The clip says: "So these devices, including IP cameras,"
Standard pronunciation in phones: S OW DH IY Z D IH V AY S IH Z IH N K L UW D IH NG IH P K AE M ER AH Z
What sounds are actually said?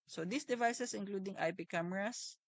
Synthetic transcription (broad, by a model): S OW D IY S D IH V AY S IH S IH N K L UW D IH NG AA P K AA M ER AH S